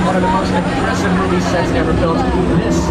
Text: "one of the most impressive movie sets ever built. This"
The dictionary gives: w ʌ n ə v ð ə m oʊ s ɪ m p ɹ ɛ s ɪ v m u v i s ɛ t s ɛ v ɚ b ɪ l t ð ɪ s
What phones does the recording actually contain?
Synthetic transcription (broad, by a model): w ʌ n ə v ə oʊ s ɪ p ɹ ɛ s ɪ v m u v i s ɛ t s ɛ v ɚ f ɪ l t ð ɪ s